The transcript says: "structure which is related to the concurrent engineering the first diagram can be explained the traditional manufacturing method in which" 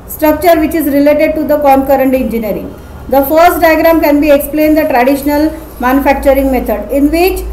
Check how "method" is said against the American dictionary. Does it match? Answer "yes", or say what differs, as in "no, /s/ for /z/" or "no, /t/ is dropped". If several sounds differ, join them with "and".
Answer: no, /t/ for /θ/